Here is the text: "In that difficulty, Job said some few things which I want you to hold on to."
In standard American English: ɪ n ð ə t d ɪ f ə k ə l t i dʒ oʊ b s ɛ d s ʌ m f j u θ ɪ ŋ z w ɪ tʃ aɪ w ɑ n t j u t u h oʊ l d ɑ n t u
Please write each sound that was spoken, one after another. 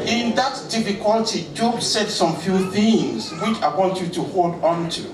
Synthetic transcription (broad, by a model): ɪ n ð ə t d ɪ f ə k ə l t i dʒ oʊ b s ɛ d s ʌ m f j u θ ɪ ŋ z w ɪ tʃ aɪ w ɑ n t j u t u h oʊ l d ɑ n t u